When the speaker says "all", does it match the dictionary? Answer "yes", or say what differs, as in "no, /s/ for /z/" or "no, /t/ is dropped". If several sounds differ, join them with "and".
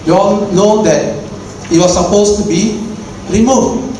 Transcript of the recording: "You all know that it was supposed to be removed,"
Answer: no, /n/ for /l/